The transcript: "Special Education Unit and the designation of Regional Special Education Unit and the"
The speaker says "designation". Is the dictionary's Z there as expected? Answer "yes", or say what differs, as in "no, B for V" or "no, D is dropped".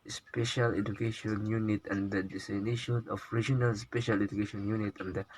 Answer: no, S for Z